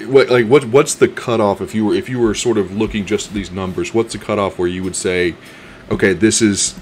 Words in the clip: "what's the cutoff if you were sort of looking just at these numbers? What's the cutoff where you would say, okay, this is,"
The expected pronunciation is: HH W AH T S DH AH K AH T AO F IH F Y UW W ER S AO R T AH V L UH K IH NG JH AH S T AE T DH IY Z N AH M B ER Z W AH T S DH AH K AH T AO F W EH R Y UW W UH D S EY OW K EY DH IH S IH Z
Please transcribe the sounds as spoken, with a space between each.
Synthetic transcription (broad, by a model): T W AH T S DH AH K AH T AO F IH F Y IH W ER S AO R T AH V L UH K IH NG JH AH S T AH T DH IY Z N AH M B ER Z W AH T S DH AH K AH T AO F W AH R Y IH W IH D S EY OW K EY DH IH S IH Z